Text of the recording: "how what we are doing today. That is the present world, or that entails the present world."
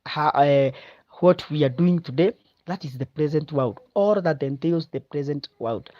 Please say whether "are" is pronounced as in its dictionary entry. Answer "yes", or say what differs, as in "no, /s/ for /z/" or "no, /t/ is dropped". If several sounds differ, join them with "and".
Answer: yes